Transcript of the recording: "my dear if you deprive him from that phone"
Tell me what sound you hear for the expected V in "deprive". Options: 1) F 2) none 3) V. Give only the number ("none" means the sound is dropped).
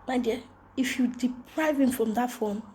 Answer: 3